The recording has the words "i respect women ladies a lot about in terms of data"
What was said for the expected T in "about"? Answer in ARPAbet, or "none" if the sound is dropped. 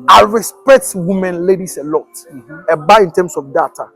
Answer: none